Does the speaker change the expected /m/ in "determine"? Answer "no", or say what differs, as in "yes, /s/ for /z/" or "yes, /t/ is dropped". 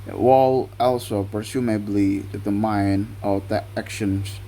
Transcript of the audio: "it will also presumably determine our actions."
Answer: yes, /m/ is dropped